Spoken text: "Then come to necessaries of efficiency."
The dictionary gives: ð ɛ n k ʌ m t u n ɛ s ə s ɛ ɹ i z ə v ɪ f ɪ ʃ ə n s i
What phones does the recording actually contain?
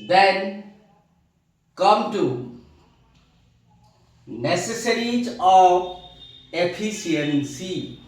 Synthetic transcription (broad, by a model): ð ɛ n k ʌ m t u n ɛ s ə s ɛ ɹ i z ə p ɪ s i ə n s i